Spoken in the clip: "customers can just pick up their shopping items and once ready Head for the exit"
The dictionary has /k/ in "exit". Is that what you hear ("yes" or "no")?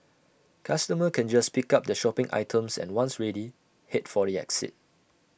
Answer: yes